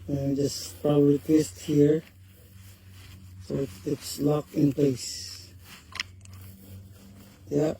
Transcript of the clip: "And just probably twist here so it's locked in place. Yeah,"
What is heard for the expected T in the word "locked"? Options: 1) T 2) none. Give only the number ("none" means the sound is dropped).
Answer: 2